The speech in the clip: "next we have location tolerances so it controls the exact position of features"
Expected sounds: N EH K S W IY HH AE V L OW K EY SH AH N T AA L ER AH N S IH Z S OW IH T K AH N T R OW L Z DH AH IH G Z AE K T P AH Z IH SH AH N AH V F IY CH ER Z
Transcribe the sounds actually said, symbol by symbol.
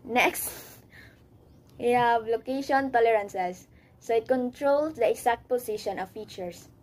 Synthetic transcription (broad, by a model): N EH K S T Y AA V L OW K EY SH AH N T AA L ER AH N S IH S OW IH T K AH N T R OW L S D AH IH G S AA K T P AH S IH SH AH N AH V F IY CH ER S